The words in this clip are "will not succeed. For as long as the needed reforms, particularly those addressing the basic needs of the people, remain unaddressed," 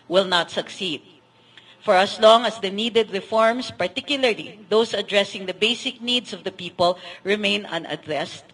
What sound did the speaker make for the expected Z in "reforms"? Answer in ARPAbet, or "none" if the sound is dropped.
S